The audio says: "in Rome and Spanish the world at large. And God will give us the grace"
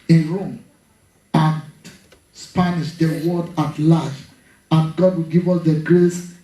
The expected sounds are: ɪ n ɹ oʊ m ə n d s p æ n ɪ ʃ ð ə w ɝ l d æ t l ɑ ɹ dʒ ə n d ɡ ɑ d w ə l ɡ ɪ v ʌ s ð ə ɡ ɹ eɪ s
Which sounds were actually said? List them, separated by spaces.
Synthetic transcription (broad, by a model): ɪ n ɹ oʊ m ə n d s p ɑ n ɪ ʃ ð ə w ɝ d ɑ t l ɑ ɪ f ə n ɡ ɑ d w ə l ɡ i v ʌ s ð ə ɡ ɹ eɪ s